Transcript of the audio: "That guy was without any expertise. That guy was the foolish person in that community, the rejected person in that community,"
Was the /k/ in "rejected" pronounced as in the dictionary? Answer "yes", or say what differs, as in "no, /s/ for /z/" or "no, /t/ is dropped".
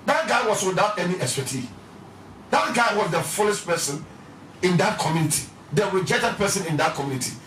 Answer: no, /k/ is dropped